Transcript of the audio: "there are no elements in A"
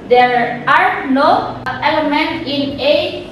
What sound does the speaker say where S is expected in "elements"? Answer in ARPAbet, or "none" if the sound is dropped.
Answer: none